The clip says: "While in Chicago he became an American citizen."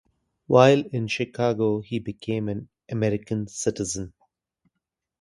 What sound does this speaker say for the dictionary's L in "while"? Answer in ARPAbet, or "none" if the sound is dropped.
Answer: L